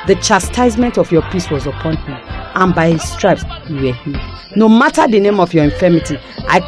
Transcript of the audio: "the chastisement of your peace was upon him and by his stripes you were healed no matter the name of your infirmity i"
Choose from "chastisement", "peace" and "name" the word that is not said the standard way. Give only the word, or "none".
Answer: none